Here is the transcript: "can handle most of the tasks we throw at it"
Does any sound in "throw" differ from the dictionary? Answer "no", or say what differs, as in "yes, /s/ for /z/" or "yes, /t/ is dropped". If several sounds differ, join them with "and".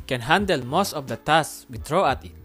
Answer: yes, /t/ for /θ/